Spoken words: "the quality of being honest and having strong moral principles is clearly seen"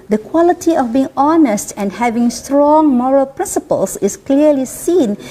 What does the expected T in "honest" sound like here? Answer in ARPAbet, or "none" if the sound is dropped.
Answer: T